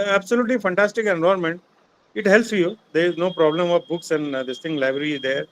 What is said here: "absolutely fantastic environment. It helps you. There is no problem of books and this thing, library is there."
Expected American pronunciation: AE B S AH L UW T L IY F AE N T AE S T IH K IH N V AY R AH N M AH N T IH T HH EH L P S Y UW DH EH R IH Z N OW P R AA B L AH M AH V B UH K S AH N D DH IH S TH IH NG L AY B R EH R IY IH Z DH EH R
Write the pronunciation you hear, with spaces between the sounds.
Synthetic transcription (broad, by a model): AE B S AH L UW T L IY F AE N T AE S T IH K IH N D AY AH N M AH N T IH T HH EH L P S Y UW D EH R IH Z N OW P R AA B L AH M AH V B UH K S AH N D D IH S T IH NG L AY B R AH R IY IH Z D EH R